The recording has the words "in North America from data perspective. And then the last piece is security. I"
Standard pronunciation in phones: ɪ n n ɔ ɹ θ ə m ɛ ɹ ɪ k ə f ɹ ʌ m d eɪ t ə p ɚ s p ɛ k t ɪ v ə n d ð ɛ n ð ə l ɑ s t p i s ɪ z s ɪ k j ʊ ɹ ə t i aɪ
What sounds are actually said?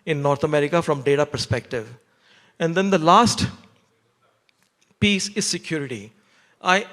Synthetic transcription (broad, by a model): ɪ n n ɔ ɹ t ə m ɛ ɹ ɪ k ə f ɹ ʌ m d eɪ t ə p ɚ s p ɛ k t ɪ v ə n d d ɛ n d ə l ɑ s t p i s ɪ z s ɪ k j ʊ ɹ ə t i aɪ